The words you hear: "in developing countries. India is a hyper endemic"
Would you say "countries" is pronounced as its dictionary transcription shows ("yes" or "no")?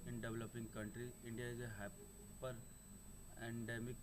no